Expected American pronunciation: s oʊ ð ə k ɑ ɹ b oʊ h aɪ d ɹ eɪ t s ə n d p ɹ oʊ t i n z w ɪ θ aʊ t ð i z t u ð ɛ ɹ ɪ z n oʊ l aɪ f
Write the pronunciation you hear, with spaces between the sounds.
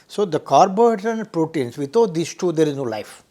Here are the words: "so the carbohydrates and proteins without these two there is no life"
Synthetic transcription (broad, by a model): s oʊ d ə k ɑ ɹ b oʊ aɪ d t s ə n d p ɹ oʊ t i n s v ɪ t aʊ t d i s t u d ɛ ɹ ɪ z n oʊ l aɪ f